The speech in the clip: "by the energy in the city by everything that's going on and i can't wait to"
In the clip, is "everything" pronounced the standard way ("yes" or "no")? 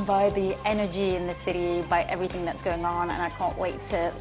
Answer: yes